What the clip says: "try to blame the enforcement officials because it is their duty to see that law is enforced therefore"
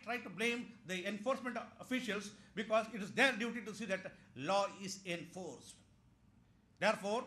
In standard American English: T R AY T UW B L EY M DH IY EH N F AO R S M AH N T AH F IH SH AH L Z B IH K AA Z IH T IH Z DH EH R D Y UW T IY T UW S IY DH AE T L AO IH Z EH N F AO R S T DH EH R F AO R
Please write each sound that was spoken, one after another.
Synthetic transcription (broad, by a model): T R AY T UW B L EY M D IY EH N F AO R S M AH N T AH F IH SH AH L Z B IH K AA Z IH T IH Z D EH R D Y UW T IY T UW S IY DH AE T L AO IH Z EH N F AO R S T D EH R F AO R